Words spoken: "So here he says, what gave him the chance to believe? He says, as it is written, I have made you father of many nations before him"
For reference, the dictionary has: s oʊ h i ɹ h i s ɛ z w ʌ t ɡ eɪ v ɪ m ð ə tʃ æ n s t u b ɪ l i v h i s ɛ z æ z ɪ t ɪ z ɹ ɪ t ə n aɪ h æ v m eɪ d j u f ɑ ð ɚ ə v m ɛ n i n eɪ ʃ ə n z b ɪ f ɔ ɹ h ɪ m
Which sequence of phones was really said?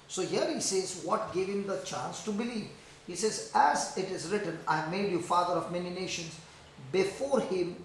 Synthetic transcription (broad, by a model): s oʊ h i ɹ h i s ɛ z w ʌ t ɡ eɪ v ɪ m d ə tʃ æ n s t u b ɪ l i v h i s ɛ z æ z ɪ t ɪ z ɹ ɪ t ə n aɪ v m eɪ d j u f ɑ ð ɚ ə v m ɛ n i n eɪ ʃ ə n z b ɪ f ɔ ɹ h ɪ m